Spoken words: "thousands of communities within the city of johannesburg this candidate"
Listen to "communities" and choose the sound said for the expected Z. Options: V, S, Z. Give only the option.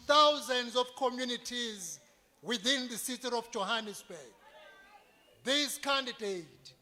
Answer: Z